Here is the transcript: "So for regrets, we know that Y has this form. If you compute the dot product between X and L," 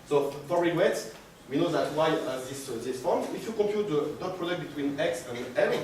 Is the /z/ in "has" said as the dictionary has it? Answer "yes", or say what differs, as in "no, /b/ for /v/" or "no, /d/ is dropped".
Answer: no, /s/ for /z/